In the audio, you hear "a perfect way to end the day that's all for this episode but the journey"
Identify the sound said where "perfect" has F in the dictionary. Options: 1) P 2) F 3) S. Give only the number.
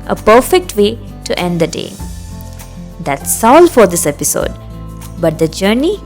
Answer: 2